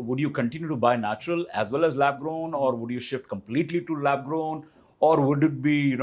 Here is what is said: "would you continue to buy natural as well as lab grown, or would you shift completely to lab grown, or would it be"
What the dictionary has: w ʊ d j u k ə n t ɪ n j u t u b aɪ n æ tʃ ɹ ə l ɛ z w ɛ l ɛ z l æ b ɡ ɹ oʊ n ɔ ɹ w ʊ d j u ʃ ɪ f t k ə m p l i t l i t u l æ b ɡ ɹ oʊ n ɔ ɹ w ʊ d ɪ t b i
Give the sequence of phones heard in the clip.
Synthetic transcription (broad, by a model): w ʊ d j u k ə n t ɪ n j u t u b aɪ n æ tʃ ɹ ə l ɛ z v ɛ l ɛ z l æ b ɡ ɹ oʊ n ɔ ɹ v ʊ d j u ʃ ɪ f t k ə m p l i t l i t u l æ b ɡ ɹ oʊ n ɔ ɹ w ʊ d ɪ t b i